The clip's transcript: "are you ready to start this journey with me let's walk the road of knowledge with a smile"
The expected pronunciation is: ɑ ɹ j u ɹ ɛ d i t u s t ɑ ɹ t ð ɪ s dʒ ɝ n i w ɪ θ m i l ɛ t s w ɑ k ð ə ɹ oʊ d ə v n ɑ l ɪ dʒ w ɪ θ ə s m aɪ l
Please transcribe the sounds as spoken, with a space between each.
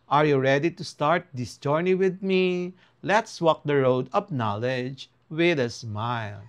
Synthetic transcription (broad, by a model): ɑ ɹ j u ɹ ɛ d i t u s t ɑ ɹ t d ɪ s dʒ ɝ n i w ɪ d m i l ɛ t s w ɑ k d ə ɹ oʊ d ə p n ɑ l ɪ dʒ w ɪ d ə s m aɪ l